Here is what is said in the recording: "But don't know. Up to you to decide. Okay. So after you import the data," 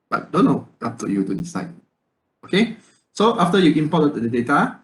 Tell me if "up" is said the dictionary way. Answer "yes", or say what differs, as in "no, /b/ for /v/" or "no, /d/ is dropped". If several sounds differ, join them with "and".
no, /f/ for /p/